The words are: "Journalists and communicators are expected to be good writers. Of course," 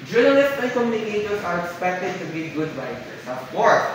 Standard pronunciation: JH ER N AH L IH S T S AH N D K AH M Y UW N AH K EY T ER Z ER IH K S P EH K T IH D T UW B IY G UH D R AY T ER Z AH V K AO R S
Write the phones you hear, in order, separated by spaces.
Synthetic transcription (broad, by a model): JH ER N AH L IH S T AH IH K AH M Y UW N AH K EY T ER S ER IH K S P EH K T IH D T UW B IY G UH D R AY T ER S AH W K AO R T